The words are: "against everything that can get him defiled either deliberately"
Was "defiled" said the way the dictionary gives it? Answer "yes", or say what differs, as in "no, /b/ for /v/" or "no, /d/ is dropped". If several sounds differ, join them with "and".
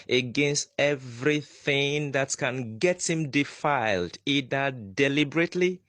yes